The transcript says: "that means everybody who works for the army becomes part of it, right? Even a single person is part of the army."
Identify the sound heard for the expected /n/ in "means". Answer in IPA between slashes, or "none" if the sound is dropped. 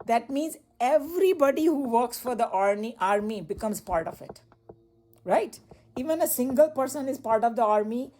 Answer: /n/